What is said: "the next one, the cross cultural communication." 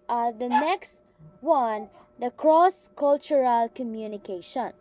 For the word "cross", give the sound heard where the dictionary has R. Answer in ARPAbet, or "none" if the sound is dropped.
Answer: R